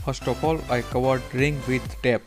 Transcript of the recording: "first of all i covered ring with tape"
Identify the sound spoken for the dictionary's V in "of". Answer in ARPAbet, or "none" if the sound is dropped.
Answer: P